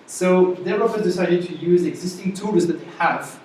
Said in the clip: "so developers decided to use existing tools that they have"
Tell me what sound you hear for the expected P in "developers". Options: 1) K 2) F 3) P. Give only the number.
2